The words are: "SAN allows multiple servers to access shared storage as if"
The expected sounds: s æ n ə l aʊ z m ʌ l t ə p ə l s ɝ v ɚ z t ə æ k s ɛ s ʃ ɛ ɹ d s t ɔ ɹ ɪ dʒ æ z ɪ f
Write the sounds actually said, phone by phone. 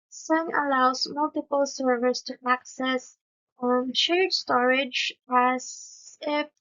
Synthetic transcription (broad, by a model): s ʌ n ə l aʊ s m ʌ l t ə p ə l s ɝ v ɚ s t ə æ k s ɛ s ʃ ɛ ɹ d s t ɔ ɹ ɪ dʒ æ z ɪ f